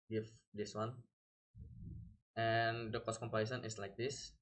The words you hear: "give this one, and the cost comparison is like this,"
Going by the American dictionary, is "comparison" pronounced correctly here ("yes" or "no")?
no